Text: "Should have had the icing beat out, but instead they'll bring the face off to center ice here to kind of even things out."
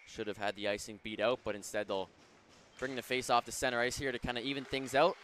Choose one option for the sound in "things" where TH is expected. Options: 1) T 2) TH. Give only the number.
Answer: 2